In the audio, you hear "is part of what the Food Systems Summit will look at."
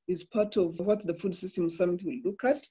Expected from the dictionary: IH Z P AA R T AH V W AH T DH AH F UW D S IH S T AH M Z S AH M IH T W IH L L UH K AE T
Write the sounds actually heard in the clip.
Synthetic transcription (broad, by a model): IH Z P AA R T AH V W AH T DH AH F UW D S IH S T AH M S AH M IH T W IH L L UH K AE T